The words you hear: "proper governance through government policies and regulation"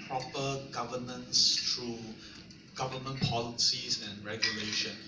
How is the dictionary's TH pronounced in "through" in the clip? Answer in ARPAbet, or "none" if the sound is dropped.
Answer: T